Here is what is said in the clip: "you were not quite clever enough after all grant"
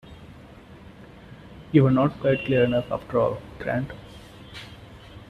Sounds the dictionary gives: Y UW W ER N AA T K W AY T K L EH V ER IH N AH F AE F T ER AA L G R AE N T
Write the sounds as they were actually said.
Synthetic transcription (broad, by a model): Y UW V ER N AA T K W AY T K L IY ER IH N AH F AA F T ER AA L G R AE N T